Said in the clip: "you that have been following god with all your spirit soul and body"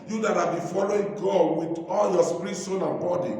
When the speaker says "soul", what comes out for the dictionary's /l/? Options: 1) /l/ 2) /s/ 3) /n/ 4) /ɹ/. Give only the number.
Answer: 3